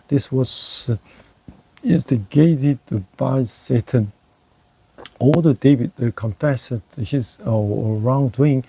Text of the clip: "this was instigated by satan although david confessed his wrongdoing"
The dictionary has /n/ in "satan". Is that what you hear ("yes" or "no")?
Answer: yes